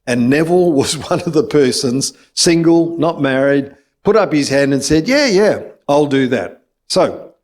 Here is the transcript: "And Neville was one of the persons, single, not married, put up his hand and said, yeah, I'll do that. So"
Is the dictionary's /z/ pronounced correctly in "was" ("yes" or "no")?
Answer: yes